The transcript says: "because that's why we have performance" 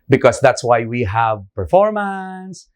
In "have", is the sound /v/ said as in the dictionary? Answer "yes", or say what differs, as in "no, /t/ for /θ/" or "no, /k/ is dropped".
yes